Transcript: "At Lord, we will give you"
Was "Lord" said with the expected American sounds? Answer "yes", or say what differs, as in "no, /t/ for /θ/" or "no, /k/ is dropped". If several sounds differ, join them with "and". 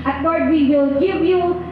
no, /w/ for /l/